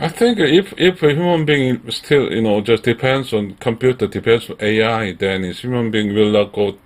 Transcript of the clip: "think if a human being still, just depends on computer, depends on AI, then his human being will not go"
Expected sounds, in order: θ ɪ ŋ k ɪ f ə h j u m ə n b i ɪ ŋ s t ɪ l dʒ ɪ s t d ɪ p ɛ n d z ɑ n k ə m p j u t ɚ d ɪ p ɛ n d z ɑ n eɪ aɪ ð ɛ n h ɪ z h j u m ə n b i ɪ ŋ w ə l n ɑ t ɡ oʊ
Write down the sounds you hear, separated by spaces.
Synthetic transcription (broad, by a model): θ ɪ ŋ k ɪ f ə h j u m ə n b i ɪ ŋ s t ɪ l dʒ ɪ s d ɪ p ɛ n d s ɑ n k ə m p j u t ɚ d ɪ p ɛ n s ɑ n eɪ aɪ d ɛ n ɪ s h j u m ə n b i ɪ ŋ w ə l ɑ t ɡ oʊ